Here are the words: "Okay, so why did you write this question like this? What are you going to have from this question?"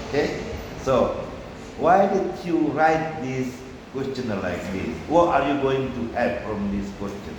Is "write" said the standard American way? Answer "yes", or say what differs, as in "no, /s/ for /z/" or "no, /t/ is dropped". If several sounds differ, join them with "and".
yes